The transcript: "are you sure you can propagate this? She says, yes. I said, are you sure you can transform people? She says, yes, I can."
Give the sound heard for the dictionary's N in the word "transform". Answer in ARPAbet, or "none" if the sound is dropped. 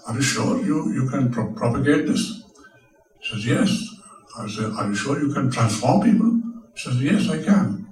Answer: N